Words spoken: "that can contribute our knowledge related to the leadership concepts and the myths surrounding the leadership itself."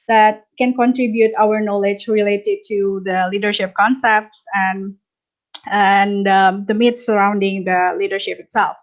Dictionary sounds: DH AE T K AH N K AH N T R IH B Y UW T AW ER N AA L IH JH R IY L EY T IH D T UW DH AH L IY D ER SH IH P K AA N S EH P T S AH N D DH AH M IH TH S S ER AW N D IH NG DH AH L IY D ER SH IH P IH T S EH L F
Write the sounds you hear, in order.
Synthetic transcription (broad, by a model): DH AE T K AH N K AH N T R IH B Y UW T AW ER N AA L IH JH R IY L EY T IH D T UW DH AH L IY D ER SH IH P K AA N S EH P T S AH N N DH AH M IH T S S ER AW N D IH NG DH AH L IY D ER SH IH P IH T S EH L F